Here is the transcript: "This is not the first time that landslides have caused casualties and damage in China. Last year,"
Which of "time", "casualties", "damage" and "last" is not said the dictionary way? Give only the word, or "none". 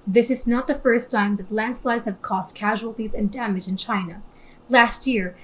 none